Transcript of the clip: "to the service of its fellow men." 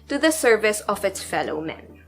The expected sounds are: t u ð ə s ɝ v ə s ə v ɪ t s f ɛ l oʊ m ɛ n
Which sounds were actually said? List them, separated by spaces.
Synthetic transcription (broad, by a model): t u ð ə s ɝ v ə s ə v ɪ t s f ɛ l oʊ m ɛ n